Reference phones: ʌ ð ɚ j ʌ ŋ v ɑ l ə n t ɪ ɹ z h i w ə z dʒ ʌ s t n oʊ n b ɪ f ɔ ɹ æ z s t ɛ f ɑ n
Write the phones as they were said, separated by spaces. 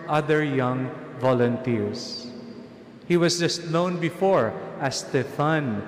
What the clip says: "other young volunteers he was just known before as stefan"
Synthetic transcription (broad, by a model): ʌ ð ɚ j ʌ ŋ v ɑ l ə n t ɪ ɹ s h i w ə s dʒ ʌ s t n oʊ n b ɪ f ɔ ɹ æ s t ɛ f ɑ n